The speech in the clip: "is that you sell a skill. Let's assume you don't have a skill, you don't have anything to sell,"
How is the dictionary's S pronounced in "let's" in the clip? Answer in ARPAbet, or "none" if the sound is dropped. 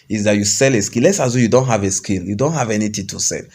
S